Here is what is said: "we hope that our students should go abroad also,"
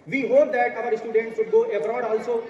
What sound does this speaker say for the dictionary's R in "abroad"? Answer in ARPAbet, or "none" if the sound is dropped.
R